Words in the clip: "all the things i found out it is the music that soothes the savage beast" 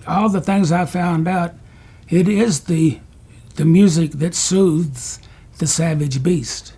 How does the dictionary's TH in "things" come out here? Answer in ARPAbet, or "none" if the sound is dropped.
TH